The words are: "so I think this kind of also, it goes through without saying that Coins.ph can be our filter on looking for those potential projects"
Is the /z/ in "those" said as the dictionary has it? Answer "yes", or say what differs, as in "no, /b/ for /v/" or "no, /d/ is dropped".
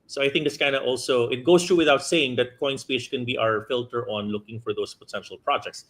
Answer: no, /s/ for /z/